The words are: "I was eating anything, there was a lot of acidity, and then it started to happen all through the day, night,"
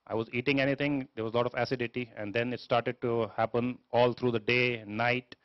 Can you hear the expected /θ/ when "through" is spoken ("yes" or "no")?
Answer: no